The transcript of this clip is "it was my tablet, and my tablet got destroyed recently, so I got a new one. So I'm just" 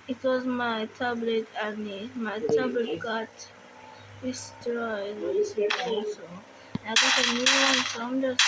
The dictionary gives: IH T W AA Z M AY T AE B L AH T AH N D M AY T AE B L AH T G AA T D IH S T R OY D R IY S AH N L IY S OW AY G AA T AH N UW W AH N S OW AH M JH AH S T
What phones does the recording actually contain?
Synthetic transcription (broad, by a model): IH T W AA Z M AY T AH B L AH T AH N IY M AY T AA B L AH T G AA T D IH S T R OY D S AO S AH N IY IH G AA T AH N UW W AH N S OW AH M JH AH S